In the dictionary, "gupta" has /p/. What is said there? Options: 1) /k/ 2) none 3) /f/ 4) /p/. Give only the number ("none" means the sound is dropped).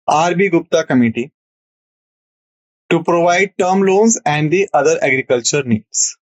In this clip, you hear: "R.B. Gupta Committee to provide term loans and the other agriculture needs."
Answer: 4